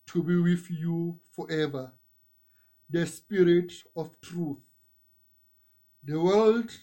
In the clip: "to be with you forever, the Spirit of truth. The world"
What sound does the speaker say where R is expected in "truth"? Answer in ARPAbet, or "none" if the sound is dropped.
R